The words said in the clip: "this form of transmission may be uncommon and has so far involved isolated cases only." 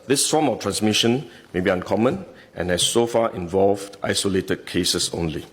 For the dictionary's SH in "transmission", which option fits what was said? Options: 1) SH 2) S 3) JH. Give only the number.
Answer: 1